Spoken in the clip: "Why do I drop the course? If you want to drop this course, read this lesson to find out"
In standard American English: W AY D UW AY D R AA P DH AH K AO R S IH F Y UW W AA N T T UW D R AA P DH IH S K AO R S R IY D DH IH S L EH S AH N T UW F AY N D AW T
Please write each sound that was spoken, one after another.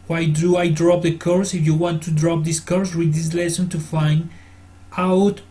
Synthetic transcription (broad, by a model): W AY D UW AY D R AA P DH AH K AO R S IH F Y UW W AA N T T UW D R AA P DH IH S K AO R S W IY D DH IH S L EH S AH N T UW F AY N D AW T